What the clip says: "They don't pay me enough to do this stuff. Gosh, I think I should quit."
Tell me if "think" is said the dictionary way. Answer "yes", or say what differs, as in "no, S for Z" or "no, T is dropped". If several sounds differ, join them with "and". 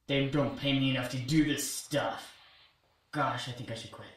yes